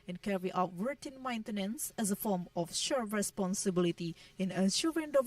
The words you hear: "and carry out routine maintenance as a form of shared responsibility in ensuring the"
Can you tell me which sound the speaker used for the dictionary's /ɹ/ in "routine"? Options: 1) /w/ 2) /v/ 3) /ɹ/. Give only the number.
1